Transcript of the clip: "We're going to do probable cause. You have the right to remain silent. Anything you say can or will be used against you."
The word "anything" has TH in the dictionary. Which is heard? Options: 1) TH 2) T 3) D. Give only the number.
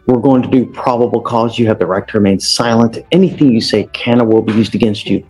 1